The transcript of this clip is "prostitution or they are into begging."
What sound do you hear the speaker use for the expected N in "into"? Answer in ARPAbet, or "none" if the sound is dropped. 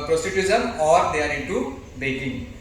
none